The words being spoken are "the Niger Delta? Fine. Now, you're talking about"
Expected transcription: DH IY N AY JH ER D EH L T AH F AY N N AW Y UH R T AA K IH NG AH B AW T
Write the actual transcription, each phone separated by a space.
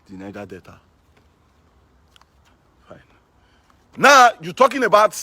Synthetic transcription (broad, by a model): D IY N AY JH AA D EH T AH F AY N N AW Y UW T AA K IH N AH B AW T